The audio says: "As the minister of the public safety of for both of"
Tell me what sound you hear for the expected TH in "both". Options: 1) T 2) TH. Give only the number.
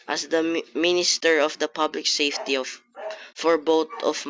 1